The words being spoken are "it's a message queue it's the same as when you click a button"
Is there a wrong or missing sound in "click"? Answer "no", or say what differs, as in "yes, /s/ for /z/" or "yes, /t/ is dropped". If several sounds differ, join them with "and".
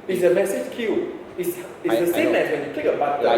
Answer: yes, /l/ is dropped